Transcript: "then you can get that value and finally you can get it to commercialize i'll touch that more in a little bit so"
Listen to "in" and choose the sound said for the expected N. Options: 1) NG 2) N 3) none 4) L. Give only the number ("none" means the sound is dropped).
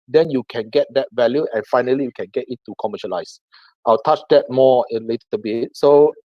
4